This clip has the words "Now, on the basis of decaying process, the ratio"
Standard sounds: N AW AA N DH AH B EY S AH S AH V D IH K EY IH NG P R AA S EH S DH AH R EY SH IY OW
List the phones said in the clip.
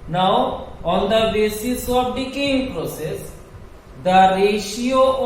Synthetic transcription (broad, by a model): N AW AA N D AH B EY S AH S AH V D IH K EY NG P R AA S EH S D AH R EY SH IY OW